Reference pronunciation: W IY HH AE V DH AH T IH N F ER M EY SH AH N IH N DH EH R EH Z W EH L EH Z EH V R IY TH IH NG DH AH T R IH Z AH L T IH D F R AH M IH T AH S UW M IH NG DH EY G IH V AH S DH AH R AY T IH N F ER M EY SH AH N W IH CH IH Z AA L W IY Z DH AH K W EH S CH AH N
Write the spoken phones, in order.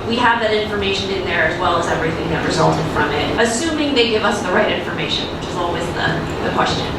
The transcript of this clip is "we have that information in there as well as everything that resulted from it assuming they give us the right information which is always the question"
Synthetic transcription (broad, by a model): W IY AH V DH AH T IH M F ER M EY SH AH N IH N DH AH R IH Z W EH L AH Z EH V R IY TH IH NG DH AH T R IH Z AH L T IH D F R AH M IH T AH S UW M IH NG DH EY G IH V AH S DH AH R AY T IH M F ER M EY SH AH N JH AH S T AA L W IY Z DH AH K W EH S CH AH N